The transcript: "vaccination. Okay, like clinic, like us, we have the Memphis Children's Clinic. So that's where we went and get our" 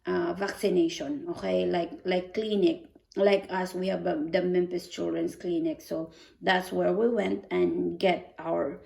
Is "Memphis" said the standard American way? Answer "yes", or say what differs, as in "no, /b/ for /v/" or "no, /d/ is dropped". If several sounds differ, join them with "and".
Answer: no, /p/ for /f/